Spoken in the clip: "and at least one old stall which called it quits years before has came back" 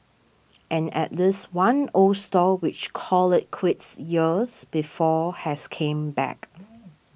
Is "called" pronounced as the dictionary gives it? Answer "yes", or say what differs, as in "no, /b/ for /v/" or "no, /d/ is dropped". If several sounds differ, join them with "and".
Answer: no, /d/ is dropped